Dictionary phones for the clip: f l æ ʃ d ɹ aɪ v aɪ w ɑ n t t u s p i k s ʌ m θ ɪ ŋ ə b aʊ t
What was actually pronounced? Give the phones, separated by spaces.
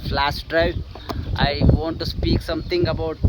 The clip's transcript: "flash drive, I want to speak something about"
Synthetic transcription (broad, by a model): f l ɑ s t ɹ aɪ aɪ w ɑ n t t u s p i k s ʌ m t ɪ ŋ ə b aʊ t